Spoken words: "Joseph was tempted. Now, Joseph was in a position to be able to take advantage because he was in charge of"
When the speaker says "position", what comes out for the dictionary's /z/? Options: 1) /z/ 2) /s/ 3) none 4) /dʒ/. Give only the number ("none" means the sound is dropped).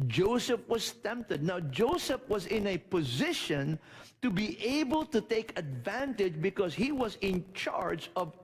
1